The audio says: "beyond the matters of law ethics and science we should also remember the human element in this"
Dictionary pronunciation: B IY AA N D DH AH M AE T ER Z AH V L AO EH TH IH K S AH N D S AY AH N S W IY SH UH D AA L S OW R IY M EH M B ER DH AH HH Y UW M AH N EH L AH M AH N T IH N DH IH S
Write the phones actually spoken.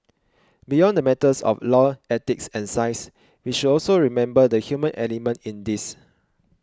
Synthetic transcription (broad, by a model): B IY AA N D AH M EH T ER S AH F L AO EH T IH K S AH N S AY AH S W IY SH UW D AA L S OW R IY M EH M B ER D AH HH Y UW M AH N EH L AH M AH N T IH N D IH S